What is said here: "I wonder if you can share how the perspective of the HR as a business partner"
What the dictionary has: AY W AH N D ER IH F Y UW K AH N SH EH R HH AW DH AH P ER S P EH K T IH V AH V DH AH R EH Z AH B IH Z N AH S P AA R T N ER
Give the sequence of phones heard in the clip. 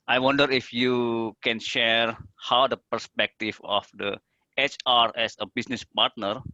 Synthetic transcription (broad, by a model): AY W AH N D ER IH F Y UW K AH N SH EH R HH AW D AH P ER S P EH K T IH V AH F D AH R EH S AH B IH S N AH S P AA R T N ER